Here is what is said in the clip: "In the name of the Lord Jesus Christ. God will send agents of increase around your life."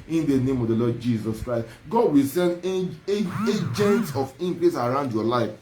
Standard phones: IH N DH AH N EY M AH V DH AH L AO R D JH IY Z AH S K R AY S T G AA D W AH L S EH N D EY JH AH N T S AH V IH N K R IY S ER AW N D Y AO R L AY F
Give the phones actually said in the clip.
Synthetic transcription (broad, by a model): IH N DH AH N EY M AH V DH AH L AO D JH IY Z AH S K R AY S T G AA D W AH L S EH N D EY JH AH N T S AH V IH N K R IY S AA AW N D Y AO L AY F